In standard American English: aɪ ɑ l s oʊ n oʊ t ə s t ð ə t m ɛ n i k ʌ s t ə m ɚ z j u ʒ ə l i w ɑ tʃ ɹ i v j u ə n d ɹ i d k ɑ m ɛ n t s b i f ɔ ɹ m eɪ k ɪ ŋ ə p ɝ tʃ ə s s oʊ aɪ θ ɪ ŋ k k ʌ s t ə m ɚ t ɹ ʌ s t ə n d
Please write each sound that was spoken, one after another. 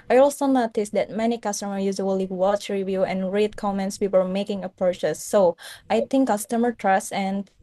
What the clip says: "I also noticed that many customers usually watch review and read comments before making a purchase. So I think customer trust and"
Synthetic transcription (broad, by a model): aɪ ɑ l s oʊ n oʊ t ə s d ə t m ɛ n i k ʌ s t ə m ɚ j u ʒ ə l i w ɑ tʃ ɹ i v j u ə n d ɹ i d k ɑ m ɛ n t s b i p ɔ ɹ m eɪ k ɪ ŋ ə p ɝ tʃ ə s s oʊ aɪ t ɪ ŋ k k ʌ s t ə m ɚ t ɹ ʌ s ə n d